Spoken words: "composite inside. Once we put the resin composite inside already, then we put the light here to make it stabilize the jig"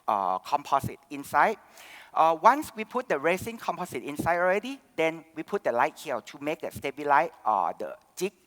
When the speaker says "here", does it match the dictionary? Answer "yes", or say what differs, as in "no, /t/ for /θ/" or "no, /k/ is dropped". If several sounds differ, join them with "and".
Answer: no, /l/ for /ɹ/